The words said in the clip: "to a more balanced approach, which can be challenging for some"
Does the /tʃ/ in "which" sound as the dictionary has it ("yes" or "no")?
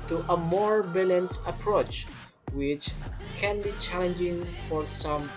yes